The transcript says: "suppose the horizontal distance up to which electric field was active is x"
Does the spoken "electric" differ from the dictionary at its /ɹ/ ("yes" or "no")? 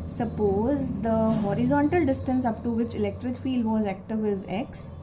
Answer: no